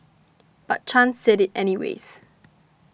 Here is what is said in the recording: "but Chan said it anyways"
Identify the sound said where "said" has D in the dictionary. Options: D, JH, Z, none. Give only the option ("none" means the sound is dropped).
D